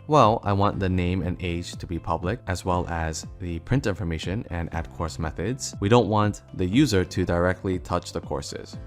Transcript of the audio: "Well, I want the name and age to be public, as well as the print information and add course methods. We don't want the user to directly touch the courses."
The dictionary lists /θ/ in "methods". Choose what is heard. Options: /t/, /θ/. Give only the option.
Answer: /θ/